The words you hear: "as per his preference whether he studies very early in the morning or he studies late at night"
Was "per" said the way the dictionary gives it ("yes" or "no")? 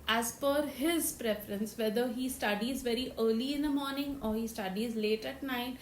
no